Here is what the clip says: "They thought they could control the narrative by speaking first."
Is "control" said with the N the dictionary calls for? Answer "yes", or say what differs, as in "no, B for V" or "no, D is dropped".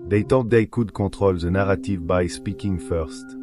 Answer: no, N is dropped